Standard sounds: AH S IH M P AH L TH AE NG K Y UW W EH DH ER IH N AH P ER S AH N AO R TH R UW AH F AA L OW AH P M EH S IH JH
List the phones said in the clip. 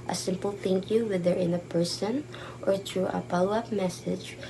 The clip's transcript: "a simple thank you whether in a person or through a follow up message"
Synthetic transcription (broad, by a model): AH S IH M P AH L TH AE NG K Y UW W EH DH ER IH N AH P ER S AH N AO R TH R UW AH P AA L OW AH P M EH S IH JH